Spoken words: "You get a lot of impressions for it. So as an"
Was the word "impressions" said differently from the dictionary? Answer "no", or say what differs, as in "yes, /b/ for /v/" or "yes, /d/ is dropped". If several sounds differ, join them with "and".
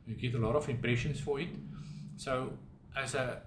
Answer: yes, /s/ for /z/